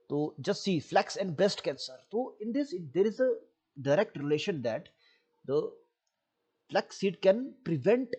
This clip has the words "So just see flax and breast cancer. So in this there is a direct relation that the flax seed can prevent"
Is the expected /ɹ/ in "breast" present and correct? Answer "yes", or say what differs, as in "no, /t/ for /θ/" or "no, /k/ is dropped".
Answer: no, /ɹ/ is dropped